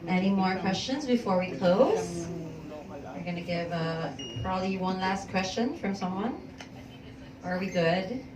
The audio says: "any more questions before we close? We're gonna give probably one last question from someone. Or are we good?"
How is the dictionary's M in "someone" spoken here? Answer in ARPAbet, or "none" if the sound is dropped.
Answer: M